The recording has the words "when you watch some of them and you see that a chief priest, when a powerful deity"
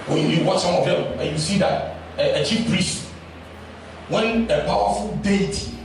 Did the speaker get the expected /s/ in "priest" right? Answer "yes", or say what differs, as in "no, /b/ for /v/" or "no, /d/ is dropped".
yes